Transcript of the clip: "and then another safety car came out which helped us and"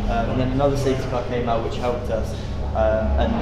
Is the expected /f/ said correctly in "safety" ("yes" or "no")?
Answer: no